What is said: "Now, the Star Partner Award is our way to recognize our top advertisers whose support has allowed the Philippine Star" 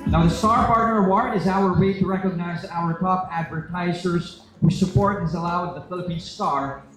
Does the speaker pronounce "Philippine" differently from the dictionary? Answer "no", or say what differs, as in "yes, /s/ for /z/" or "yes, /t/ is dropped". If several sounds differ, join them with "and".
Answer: no